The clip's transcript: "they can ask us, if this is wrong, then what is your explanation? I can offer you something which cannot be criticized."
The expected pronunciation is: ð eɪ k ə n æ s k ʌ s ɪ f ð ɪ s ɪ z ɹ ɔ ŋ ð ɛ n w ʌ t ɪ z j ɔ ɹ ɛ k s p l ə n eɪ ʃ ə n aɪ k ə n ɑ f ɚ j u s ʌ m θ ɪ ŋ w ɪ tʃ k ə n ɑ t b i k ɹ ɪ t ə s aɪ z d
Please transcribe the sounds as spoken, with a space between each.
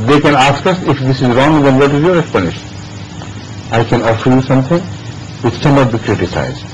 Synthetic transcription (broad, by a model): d eɪ k ə n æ s k ʌ s ɪ f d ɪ s ɪ z ɹ ɔ ŋ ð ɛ n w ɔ t ɪ z j ɔ ɹ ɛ k s p l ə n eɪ ʃ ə n aɪ k ə n ɑ f ɚ j u s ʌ m t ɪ ŋ w ɪ tʃ k ə n ɑ t b i k ɹ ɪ t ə s aɪ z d